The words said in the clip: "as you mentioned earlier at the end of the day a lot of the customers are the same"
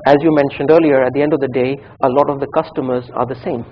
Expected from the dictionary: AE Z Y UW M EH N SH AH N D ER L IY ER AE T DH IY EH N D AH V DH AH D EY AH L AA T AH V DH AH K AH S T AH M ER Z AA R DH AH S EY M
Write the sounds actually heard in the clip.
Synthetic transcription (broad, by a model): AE Z Y UW M EH N SH AH N D ER L IY ER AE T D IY EH N D AH V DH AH D EY AH L AA T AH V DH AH K AH S T AH M ER Z AA R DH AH S EY M